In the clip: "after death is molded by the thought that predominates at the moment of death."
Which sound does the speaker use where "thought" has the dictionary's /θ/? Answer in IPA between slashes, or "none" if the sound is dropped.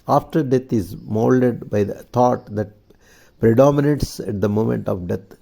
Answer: /t/